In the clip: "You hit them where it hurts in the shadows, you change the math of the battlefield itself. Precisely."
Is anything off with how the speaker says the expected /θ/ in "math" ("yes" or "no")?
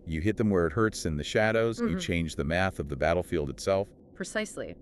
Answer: no